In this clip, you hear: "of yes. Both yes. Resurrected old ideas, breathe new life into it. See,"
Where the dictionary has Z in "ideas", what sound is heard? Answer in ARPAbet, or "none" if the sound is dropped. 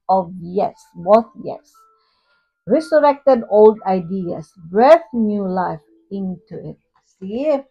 S